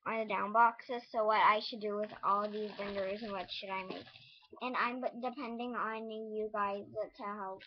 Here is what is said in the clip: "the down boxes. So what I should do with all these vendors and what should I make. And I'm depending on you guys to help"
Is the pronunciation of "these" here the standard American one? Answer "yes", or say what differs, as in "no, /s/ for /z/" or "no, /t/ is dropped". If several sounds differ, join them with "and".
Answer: yes